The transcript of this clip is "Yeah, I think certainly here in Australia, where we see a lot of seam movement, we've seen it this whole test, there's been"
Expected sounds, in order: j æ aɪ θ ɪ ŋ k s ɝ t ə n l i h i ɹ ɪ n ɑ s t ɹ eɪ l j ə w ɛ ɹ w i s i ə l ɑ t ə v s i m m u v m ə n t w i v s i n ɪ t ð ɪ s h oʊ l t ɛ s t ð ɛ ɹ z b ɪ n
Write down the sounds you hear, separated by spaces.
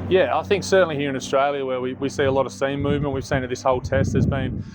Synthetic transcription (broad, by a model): j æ aɪ θ ɪ ŋ k s ɝ t n l i h i ɹ ɪ n ɑ s t ɹ eɪ l j ə w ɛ w w i s i ə l ɑ t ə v s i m m u v m ə n t w i v s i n ɪ t ð ɪ s h oʊ l t ɛ s t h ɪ z b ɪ n